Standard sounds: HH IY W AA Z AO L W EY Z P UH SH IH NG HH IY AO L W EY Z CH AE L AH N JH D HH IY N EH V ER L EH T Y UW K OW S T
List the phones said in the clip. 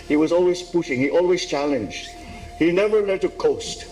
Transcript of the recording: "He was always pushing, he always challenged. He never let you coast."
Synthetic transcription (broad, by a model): HH IY W AA Z AO L W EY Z P UH SH IH NG HH IY AO L W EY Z CH AE L AH N JH D HH IY N EH V ER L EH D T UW K OW S T